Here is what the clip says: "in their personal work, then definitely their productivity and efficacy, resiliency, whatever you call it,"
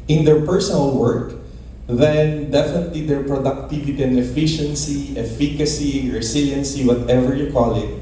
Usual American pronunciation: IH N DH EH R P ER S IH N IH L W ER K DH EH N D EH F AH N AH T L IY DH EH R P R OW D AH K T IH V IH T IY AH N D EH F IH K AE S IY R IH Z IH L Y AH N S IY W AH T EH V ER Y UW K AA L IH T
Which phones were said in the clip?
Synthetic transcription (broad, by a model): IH N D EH R P ER S IH N IH L W ER K DH EH N D EH F AH N AH T L IY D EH R P R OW D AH K T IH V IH T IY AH N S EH F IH K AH S IY R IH S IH L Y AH N S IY W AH T EH V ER Y UW K AA L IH T